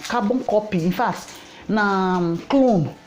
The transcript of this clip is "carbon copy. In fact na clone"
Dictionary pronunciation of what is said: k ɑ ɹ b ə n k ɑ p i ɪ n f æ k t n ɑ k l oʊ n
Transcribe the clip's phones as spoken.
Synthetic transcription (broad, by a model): k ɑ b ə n k ɑ p i ɪ n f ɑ t n ɑ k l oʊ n